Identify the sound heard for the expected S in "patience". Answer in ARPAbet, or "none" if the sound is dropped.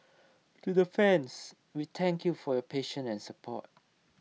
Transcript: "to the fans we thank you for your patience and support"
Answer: none